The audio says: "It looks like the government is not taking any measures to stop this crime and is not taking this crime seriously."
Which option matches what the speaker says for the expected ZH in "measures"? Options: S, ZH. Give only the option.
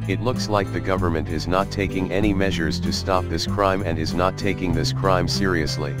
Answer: ZH